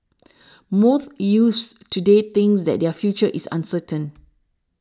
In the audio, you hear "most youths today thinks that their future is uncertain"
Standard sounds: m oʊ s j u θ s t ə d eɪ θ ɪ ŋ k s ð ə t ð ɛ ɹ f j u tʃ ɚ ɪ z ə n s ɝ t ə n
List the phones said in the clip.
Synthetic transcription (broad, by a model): m oʊ θ j u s t ə d eɪ t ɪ ŋ s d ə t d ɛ f j u tʃ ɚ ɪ s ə n s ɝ t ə n